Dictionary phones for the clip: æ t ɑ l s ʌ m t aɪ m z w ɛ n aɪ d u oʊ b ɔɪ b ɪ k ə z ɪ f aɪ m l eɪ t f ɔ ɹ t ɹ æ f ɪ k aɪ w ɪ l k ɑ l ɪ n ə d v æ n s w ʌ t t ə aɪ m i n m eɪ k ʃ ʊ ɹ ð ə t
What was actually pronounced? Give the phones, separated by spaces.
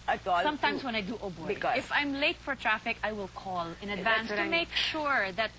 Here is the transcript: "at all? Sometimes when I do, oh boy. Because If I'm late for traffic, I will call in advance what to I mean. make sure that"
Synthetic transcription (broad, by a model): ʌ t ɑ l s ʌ m t aɪ m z w ɛ n aɪ d u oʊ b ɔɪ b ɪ ə ɪ f aɪ m l eɪ t f ɔ ɹ t ɹ æ f ɪ k aɪ w ɪ l k ɑ l ɪ n ə d v æ n s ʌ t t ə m m eɪ k ʃ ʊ ɹ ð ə t